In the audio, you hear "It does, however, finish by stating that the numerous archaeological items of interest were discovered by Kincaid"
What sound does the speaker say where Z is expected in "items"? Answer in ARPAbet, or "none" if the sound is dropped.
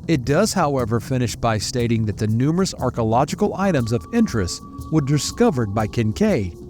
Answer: Z